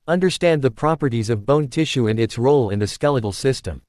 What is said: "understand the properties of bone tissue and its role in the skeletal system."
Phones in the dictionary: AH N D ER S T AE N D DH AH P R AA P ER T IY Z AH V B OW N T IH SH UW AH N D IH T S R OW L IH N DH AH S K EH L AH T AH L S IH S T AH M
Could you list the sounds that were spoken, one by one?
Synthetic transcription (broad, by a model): AH N D ER S T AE N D DH AH P R AA P ER T IY Z AH V B OW N T IH SH UW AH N IH T S R OW L IH N DH AH S K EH L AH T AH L S IH S T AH M